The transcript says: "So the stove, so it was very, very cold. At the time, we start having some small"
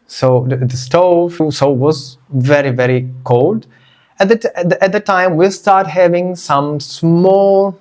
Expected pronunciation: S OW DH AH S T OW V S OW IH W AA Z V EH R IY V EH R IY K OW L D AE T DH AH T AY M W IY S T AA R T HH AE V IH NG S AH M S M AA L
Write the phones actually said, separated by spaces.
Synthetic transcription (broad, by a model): S OW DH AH S T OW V S OW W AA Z V EH R IY V EH R IY K OW L D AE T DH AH T AY M W IY S T AA R T HH AE V IH NG S AH M S M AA L